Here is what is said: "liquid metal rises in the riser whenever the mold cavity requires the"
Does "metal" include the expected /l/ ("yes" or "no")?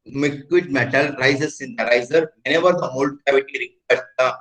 yes